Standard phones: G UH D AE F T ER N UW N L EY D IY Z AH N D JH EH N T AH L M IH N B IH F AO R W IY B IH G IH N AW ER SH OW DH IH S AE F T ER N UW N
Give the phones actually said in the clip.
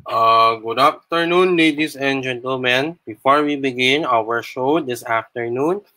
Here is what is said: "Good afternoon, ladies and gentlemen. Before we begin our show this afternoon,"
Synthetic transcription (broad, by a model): G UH D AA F T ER N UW N L EY D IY S AH N D JH EH N T AH L M IH N B IH F AO R W IY B IH G IH N AW ER SH OW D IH S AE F T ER N UW N